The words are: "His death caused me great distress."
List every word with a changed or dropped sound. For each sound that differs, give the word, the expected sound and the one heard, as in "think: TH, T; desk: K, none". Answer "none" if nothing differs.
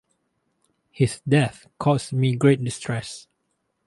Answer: none